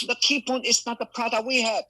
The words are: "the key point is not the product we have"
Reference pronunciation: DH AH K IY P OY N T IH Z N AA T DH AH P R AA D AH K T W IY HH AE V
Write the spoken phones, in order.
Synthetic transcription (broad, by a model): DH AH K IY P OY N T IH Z N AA T DH AH P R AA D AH T W IY HH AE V